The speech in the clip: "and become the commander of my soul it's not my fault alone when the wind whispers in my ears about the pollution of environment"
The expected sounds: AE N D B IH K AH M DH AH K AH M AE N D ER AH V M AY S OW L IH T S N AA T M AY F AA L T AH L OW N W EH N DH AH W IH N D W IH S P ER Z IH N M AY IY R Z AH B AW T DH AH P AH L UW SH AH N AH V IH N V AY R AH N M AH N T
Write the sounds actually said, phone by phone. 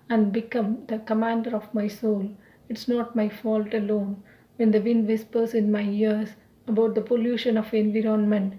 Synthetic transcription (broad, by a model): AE N D B IH K AH M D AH K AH M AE N D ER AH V M AY S OW L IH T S N AA T M AY F AA L T AH L OW N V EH N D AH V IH N D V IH S P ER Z IH N M AY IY R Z AH B AW T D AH P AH L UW SH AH N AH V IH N V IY R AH N M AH N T